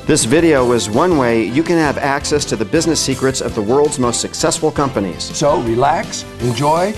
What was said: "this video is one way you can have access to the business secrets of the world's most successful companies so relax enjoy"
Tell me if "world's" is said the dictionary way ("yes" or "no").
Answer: yes